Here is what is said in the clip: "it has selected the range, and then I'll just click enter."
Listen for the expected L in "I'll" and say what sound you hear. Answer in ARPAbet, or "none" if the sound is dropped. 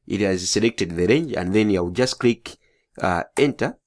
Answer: W